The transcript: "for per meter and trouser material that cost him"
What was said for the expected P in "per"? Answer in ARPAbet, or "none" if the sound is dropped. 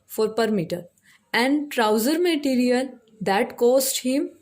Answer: P